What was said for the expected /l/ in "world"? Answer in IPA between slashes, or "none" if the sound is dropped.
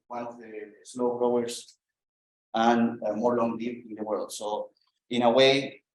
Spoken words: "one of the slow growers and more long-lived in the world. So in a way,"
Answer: /l/